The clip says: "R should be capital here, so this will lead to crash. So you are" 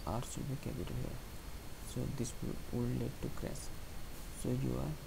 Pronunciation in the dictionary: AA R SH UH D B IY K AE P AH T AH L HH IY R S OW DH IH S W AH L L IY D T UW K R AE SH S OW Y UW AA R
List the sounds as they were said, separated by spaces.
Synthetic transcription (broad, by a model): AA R S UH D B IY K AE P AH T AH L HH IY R S OW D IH S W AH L L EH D T UW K R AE S S OW Y UW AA R